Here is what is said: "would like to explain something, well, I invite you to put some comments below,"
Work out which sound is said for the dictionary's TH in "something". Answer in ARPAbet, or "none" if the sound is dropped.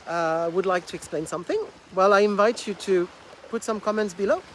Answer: TH